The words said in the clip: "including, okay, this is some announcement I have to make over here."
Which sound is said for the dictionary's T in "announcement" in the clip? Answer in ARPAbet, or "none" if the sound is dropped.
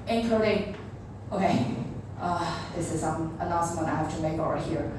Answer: none